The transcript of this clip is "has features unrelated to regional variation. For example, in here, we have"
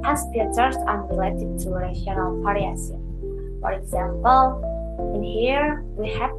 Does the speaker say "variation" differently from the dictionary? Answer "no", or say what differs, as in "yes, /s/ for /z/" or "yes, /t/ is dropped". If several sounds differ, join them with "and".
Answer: yes, /p/ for /v/ and /s/ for /ʃ/